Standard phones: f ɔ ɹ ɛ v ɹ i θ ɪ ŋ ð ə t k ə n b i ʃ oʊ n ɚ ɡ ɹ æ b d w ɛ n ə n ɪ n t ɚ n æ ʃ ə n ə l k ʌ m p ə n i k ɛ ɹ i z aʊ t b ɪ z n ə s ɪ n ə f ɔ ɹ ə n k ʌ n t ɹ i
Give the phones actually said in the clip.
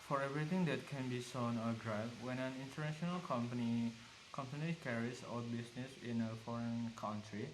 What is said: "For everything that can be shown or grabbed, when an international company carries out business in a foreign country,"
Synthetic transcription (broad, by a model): f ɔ ɹ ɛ v ɹ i t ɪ ŋ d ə t k ə n b i s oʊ n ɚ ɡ ɹ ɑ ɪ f w ɛ n ə n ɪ n t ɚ n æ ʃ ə n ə l k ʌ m p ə n i k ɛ ɹ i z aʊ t b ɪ s n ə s ɪ n ə f ɔ ɹ ə n k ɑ n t ɹ i